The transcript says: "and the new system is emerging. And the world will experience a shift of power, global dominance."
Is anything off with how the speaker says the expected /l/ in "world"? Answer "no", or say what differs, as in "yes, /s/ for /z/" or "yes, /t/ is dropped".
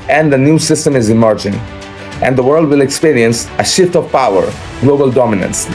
no